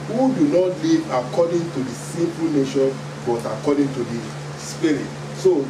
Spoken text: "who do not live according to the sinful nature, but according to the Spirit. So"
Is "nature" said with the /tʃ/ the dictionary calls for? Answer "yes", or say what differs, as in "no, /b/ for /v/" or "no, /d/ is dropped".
no, /ʃ/ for /tʃ/